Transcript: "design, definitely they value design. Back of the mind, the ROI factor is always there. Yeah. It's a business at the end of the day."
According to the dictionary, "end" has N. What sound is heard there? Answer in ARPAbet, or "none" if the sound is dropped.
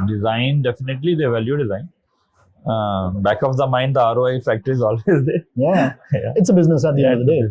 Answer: none